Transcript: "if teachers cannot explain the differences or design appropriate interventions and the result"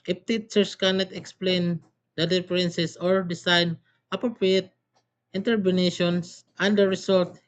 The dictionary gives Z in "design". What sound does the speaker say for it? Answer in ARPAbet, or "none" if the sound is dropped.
S